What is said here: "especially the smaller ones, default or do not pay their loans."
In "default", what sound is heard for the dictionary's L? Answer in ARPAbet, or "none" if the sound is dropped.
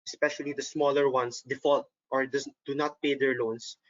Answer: L